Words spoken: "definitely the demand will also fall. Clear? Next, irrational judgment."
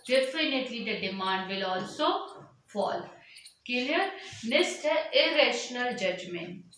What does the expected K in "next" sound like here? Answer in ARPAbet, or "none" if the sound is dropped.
none